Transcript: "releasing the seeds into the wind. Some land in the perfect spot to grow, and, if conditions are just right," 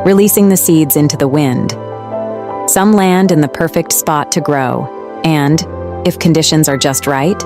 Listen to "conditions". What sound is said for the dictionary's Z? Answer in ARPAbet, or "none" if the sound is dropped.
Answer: Z